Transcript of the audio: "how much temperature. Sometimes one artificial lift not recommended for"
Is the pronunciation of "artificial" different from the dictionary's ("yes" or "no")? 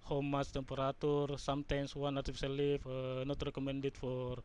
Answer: yes